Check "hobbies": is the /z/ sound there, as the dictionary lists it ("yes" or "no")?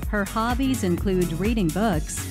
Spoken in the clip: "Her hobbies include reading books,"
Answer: yes